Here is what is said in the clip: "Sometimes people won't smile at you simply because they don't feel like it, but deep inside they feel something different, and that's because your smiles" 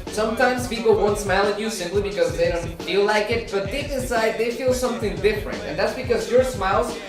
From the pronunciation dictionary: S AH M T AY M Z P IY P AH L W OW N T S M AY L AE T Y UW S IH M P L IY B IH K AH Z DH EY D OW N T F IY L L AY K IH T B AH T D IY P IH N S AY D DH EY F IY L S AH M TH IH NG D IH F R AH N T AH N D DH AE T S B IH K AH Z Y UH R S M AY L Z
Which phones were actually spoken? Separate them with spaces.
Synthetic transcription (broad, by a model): S AH M T AY M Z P IY P L W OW N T S M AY L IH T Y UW S IH M P L IY B IH K AH Z DH EY D OW N T F IY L L AY K IH T B AH T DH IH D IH S AY D DH EY F IY L S AH M TH IH NG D IH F R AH N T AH N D DH AE T S B IH K AH Z Y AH R S M AY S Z